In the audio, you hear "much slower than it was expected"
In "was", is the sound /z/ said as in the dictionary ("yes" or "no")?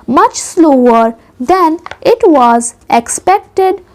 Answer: yes